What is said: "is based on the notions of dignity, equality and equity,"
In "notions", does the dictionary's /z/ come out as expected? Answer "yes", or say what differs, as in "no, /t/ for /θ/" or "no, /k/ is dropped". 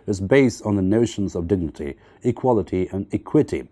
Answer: yes